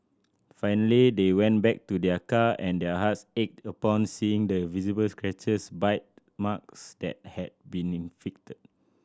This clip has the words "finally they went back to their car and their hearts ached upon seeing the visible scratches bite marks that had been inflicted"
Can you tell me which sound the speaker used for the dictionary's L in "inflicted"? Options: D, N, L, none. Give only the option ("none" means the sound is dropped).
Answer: none